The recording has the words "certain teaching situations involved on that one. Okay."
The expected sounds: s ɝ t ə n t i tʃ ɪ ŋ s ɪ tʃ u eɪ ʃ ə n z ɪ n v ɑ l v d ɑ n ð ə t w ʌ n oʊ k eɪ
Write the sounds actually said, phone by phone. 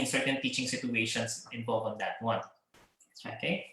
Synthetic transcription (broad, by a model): s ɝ t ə n t i tʃ ɪ ŋ s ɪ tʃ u eɪ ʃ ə n s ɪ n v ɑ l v ɑ n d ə t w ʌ n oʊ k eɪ